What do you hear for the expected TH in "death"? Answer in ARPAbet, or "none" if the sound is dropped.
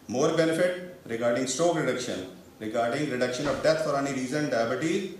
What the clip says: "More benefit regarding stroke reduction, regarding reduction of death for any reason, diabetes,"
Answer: T